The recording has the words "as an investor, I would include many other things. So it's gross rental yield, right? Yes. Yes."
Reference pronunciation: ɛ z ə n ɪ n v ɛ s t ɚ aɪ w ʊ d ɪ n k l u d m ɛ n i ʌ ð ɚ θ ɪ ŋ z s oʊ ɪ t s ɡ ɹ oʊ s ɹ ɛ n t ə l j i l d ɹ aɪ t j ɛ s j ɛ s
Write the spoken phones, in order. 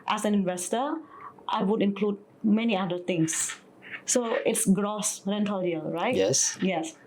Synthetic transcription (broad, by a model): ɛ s ə n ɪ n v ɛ s t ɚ aɪ w ʊ d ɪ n k l u d m ɛ n i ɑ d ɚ t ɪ ŋ s oʊ ɪ t s ɡ ɹ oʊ s ɹ ɛ n t ə l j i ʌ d ɹ aɪ t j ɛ s j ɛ s